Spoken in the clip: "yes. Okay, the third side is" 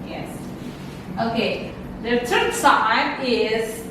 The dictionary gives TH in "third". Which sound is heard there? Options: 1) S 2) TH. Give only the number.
1